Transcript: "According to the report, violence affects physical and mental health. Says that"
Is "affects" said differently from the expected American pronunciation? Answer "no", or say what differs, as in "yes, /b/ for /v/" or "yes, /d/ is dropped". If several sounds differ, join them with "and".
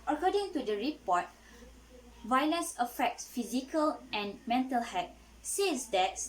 no